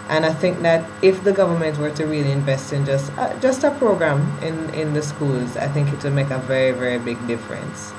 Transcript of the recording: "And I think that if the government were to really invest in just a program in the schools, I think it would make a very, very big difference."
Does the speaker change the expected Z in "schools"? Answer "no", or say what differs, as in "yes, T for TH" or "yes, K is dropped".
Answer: no